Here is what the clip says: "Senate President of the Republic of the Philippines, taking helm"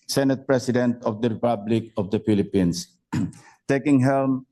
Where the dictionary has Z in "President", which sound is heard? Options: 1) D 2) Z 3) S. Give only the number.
3